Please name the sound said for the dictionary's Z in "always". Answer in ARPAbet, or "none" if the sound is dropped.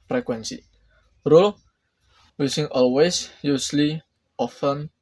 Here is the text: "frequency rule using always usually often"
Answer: S